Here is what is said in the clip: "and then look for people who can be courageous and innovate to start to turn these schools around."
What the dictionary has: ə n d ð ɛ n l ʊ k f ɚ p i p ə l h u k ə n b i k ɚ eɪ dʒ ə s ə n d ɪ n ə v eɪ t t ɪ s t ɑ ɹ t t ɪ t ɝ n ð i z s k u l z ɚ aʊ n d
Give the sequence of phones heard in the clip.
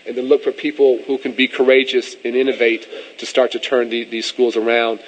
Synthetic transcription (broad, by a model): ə n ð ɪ l ʊ k f ɚ p i p l h u k ə n b i k ɚ eɪ dʒ ə s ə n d ɪ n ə v eɪ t t ɪ s t ɑ ɹ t t ɪ t ɝ n ð i z s k u l z ɚ aʊ n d